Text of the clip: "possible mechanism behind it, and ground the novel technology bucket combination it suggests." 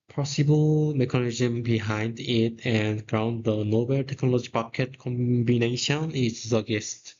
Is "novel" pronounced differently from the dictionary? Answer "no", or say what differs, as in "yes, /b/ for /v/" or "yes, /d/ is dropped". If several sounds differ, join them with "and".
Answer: yes, /b/ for /v/